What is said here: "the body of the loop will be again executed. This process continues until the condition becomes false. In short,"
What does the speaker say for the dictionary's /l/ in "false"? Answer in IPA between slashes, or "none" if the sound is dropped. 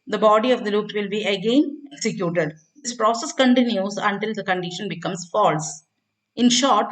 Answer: /l/